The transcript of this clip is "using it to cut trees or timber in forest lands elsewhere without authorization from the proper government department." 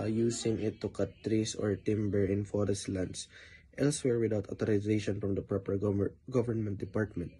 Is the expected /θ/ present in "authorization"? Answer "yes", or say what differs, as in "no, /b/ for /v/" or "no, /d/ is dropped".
no, /t/ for /θ/